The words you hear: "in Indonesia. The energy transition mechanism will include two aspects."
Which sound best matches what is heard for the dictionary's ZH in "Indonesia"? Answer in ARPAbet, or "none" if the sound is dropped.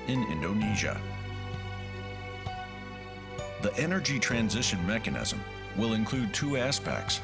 ZH